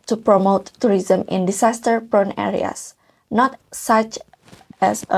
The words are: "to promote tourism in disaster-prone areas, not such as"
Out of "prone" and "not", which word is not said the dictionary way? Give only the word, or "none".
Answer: none